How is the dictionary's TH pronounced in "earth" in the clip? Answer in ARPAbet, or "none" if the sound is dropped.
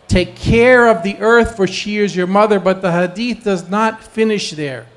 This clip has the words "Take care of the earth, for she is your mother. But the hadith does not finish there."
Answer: TH